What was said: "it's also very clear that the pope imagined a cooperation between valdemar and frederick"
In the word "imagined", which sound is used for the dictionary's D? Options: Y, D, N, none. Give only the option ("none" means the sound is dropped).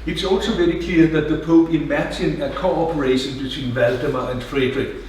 none